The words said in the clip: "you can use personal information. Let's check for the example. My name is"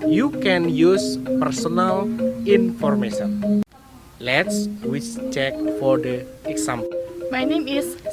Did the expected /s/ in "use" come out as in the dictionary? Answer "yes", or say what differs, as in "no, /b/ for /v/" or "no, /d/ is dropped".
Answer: yes